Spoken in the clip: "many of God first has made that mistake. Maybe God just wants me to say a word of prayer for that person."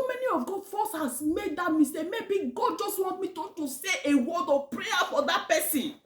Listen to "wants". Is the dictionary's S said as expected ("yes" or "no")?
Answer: no